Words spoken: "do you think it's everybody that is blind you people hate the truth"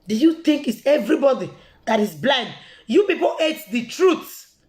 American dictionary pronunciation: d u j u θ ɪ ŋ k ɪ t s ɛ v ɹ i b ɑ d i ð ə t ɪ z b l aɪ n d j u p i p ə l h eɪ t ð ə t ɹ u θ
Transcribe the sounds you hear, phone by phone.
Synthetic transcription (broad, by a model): d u j u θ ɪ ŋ k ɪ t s ɛ v ɹ i b ɑ d i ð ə t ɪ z b l aɪ n d j u p i p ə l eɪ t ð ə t ɹ u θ